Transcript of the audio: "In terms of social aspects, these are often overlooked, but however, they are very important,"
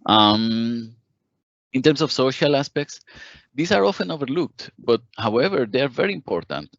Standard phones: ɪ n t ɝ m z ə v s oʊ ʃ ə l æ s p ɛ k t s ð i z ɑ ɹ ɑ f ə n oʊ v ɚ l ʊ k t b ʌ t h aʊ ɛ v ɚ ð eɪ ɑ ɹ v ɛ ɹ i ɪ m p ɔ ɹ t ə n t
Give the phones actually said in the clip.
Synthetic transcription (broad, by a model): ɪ n t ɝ m s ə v s oʊ ʃ ə l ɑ s p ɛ k t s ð i s ɑ ɹ ɑ f ə n oʊ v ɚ l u k t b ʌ t h aʊ ɛ v ɚ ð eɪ ɑ ɹ v ɛ ɹ i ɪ m p ɔ ɹ t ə n t